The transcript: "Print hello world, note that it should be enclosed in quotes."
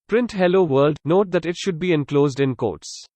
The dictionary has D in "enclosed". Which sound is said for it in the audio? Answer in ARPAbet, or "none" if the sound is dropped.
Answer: D